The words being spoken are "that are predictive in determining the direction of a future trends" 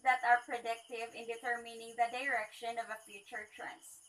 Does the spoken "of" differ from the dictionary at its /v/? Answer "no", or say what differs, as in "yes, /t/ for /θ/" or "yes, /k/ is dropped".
no